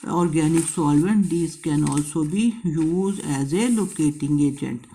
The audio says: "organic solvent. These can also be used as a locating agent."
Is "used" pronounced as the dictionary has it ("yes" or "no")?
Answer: no